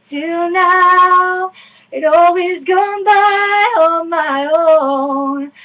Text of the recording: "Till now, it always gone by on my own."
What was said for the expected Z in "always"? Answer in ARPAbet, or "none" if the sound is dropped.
Z